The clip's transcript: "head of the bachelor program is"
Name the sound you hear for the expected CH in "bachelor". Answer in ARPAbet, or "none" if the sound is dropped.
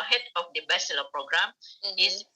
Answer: S